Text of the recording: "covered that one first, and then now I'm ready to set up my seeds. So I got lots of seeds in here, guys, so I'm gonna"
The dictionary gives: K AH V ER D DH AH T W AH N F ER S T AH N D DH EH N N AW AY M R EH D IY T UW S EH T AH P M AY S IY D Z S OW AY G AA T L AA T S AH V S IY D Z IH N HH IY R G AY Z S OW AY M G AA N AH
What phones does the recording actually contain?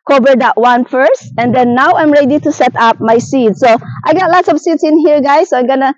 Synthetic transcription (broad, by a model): K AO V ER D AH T W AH N F ER S T AH N D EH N N AW AY M R EH D IY T UW S EH T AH P M AY S IY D S OW AY G AA T L AA T S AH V S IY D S IH N HH IY R G AY S OW AY M G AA N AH